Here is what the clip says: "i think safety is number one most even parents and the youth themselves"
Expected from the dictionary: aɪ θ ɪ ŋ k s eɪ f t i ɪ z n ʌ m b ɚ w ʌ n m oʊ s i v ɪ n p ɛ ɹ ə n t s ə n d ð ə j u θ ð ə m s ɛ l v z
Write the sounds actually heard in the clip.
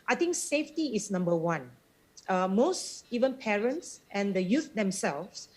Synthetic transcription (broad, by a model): aɪ t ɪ ŋ k s eɪ f t i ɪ s n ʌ m b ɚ w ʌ n m oʊ s i v ɪ n p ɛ ɹ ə n t s ə n d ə j u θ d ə m s ɛ l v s